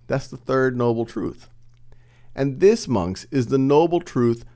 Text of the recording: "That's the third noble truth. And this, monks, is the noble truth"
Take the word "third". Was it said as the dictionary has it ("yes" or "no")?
yes